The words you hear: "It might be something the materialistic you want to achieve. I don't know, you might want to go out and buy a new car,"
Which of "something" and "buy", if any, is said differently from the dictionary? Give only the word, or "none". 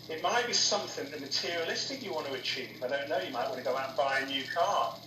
none